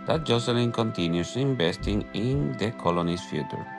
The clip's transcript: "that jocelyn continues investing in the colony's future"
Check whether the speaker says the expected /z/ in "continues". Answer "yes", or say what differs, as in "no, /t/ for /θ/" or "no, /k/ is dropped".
no, /s/ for /z/